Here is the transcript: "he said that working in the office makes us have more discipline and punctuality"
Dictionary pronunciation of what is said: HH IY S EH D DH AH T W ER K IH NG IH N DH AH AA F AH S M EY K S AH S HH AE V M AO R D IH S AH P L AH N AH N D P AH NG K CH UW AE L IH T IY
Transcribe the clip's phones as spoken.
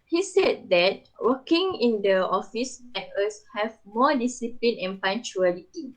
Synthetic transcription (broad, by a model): HH IY S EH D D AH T W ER K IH NG IH N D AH AA F AH S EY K AH S HH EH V M AO D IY S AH P L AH N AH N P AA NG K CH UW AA L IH T IY